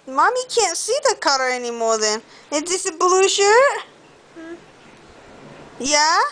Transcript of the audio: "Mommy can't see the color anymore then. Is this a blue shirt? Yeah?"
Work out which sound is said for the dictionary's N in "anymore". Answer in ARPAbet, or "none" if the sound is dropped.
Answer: N